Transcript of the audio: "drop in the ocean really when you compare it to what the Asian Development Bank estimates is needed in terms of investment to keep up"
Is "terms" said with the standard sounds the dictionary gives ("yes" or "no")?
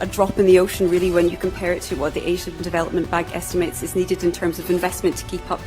yes